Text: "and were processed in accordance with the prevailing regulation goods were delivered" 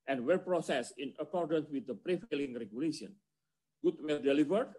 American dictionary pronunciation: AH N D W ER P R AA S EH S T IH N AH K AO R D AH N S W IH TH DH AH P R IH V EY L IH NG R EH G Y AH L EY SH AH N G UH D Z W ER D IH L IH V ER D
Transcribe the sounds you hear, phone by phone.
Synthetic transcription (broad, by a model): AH N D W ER P R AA S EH S IH N AH K AO R D AH N S W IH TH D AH P R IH F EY L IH NG R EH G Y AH L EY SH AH N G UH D W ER D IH L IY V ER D